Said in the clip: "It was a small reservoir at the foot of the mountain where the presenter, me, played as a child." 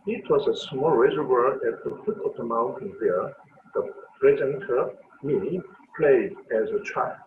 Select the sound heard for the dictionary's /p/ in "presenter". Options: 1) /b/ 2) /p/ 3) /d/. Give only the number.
1